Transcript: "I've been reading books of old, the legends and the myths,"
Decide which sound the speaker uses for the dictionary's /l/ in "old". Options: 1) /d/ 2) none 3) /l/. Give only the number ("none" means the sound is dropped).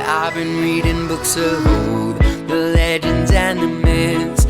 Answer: 2